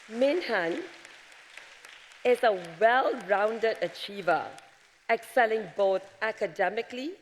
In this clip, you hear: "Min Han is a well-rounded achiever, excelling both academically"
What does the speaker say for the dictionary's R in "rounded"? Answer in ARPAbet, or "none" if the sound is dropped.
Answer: R